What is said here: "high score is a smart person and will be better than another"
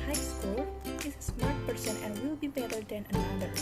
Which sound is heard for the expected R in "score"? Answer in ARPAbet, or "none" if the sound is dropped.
L